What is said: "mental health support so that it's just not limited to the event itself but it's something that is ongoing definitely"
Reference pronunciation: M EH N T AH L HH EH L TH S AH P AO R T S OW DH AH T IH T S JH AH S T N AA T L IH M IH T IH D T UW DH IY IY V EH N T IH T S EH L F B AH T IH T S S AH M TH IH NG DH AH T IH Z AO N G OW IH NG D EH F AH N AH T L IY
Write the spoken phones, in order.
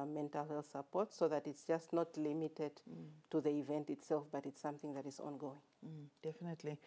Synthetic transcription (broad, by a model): M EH N T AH L HH EH L TH S AH P AO R T S OW DH AH T IH T S JH AH S T N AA T L IH M IH T IH D T UW DH IY IY V EH N T IH T S EH L F B AH T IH T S S AH M TH IH NG DH AH T IH Z AO N G OW IH NG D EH F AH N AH T L IY